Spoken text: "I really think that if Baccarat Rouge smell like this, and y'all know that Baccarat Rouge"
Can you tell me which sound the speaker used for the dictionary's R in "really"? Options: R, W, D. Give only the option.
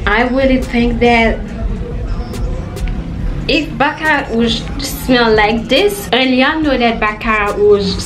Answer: W